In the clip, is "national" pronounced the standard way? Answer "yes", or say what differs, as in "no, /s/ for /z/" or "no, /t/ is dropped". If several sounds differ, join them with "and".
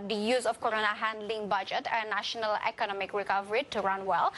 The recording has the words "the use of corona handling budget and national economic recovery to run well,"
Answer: yes